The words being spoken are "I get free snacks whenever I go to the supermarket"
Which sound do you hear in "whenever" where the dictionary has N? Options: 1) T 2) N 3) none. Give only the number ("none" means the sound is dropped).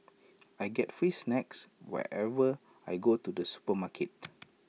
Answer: 3